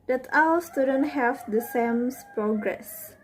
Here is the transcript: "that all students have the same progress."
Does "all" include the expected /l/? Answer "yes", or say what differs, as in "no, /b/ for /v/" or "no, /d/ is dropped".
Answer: no, /w/ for /l/